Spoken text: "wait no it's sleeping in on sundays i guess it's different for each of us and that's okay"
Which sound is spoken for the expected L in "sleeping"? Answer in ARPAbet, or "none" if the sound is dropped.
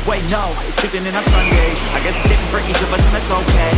none